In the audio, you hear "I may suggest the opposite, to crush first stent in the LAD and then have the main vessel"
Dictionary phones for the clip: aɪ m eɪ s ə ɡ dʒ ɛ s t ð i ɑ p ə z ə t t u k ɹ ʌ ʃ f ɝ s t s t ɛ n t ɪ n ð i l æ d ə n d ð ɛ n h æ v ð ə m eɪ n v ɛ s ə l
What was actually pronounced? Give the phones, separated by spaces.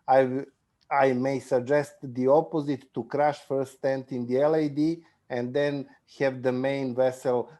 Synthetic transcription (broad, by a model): aɪ m eɪ s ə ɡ dʒ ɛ s t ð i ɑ p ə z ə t t u k ɹ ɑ ʃ f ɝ t s t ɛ n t ɪ n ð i l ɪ d ə n d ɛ n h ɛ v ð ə m eɪ n v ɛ s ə l